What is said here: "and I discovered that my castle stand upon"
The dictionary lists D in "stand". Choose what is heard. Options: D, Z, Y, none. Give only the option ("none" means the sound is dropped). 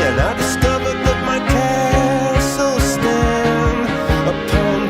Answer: none